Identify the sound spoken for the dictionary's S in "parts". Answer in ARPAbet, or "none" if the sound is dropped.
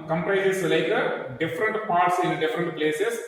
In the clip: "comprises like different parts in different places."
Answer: S